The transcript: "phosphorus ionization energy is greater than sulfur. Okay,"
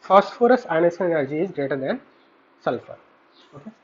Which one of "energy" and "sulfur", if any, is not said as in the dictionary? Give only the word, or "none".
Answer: none